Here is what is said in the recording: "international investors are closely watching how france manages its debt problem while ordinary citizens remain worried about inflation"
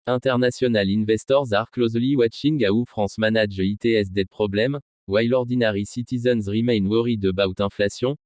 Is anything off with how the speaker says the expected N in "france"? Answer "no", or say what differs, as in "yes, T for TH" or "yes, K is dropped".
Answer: yes, N is dropped